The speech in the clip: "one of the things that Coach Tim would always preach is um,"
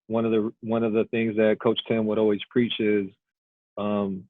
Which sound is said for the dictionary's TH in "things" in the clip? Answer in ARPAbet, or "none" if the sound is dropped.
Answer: TH